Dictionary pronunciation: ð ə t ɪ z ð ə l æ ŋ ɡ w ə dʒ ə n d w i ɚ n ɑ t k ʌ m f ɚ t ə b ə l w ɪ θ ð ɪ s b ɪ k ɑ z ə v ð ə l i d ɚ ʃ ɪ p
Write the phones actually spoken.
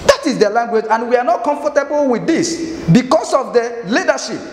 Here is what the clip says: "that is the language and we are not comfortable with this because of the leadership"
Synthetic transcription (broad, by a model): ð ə t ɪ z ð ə l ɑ ŋ ɡ w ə dʒ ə n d w i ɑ n ɑ t k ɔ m f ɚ t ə b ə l w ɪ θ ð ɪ s b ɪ k ɑ s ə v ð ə l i d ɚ ʃ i p